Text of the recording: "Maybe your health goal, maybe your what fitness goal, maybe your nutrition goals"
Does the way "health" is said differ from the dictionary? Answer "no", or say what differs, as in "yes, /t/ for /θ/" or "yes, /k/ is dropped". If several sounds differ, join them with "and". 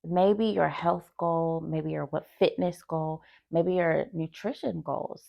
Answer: no